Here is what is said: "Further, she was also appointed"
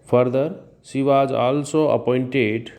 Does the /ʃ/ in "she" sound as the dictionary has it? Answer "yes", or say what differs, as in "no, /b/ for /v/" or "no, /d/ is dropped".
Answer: no, /s/ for /ʃ/